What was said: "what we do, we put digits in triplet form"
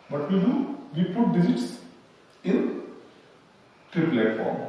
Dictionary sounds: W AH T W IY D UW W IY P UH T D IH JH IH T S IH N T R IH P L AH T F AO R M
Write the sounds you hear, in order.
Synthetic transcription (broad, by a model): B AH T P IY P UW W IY P UH T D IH Z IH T S IH N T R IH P L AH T F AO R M